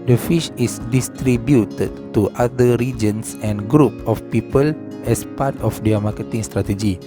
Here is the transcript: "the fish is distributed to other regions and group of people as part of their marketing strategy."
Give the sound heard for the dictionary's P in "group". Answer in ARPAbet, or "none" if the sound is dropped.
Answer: P